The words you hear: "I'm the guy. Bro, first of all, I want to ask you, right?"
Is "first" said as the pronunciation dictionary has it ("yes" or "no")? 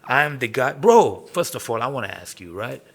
yes